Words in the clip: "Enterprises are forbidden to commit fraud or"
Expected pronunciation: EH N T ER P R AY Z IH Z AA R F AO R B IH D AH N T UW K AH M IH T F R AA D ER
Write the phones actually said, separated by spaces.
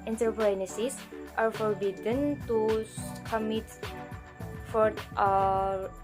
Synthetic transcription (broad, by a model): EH N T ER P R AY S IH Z AA R F AO R B IH D AH N T UW K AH M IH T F AA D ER